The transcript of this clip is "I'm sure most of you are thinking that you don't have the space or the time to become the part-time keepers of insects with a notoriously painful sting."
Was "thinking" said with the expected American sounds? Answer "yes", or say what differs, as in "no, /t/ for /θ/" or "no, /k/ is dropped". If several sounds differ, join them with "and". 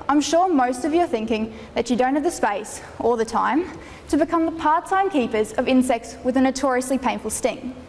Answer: yes